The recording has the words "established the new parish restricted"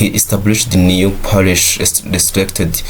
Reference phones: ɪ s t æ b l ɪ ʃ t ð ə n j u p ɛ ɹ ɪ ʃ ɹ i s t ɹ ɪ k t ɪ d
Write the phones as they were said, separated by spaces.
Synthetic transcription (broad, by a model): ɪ s t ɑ b l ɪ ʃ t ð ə n j u p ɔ l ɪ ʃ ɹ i s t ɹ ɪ k t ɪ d